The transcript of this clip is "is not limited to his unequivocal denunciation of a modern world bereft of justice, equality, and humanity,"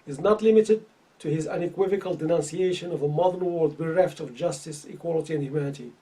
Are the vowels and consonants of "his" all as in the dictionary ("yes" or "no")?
yes